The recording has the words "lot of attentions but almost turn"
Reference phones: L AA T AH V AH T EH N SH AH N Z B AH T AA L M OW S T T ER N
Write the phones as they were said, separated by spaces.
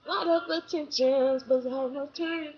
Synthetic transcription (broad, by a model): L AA T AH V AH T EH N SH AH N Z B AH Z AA M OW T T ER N